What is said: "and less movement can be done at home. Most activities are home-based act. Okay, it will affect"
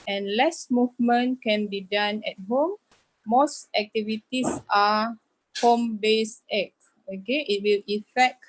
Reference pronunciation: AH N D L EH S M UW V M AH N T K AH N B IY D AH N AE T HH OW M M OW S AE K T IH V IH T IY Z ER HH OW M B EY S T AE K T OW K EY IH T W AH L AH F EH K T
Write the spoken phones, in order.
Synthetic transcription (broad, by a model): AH N L EH S M UW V M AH N K AH N B IY D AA N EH T HH OW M M OW S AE K T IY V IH T IY S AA HH OW M B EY S EH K OW K EY IH T W AH L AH F EH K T